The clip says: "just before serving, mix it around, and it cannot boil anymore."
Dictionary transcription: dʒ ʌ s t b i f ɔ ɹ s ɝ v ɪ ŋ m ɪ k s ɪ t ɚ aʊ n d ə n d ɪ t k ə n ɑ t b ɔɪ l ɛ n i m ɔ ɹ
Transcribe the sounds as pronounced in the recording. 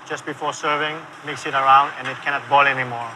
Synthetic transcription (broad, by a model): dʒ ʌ s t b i f ɔ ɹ s ɝ v ɪ ŋ m ɪ k s ɪ t ɚ aʊ n d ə n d ɪ t k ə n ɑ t b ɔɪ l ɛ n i m ɔ ɹ